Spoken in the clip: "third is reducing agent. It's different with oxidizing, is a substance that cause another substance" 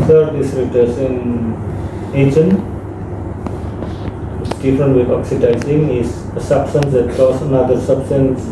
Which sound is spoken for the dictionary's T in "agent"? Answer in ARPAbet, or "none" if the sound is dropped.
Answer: none